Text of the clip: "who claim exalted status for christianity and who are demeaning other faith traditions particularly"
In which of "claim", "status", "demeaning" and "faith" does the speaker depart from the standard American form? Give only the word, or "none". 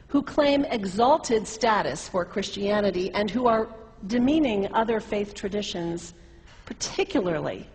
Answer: none